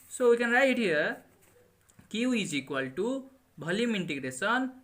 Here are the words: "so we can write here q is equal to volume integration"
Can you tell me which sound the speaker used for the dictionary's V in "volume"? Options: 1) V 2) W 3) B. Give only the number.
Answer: 3